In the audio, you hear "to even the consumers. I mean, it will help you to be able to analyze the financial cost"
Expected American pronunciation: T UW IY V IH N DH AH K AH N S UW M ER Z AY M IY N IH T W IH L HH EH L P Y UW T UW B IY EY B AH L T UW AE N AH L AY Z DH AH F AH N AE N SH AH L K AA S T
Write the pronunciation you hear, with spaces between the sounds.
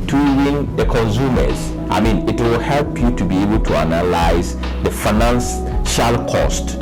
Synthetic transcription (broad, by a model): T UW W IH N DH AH K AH N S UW M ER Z AY M IY N IH T W IH L HH EH L P Y UW T UW B IY EY B AH L T UW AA N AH L AY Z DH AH F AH N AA N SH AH L K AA S T